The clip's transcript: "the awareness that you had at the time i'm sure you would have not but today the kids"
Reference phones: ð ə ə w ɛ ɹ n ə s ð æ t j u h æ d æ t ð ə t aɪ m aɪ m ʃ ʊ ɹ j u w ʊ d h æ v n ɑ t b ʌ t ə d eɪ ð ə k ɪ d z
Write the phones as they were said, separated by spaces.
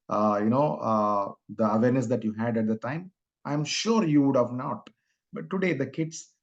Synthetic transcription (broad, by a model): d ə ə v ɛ ɹ n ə s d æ t j u h æ d æ t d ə t aɪ m aɪ m ʃ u ɹ j u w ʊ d h æ v n ɑ t b ʌ t ə d eɪ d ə k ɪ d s